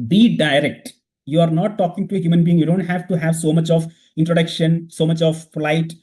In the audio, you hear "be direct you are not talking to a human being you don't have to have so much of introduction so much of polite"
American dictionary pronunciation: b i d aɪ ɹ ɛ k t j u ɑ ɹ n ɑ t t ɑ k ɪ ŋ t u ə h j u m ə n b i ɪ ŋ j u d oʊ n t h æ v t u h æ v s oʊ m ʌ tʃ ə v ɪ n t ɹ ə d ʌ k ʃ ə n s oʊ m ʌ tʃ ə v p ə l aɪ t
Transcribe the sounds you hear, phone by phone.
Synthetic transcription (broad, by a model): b i d aɪ ɹ ɛ k t j u ɑ ɹ n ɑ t t ɑ k ɪ ŋ t u ə h j u m ə n b i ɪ ŋ j u d oʊ n t h æ v t u h æ v s oʊ m ʌ tʃ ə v ɪ n t ɹ ə d ʌ k ʃ ə n s oʊ m ʌ tʃ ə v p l aɪ t